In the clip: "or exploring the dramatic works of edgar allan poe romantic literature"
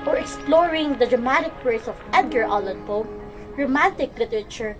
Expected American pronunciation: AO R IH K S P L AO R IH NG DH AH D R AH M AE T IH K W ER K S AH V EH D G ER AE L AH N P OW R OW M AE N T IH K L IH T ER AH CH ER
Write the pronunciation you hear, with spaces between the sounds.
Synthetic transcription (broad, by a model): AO R IH K S P L AO R IH NG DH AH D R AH M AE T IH K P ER S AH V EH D G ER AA L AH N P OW R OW M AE N T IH K L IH T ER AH CH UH